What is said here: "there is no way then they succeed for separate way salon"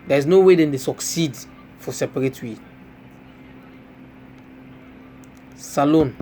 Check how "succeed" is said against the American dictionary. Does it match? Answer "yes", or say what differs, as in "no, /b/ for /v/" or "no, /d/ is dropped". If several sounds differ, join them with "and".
yes